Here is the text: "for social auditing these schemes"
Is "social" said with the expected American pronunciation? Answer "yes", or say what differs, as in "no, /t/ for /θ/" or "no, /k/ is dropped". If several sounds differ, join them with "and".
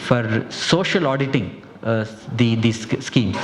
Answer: yes